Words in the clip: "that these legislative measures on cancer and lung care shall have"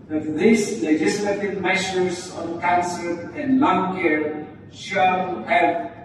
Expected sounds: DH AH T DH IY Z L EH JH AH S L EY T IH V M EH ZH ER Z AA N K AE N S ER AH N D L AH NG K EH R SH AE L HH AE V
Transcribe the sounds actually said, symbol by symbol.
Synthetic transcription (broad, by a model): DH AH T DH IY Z L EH JH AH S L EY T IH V M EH SH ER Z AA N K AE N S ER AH N L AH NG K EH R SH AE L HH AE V